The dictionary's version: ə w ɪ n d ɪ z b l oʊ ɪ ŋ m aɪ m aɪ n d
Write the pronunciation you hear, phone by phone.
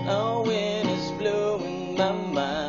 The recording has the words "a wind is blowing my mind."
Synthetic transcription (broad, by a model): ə w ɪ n ɪ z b l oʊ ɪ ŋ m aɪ m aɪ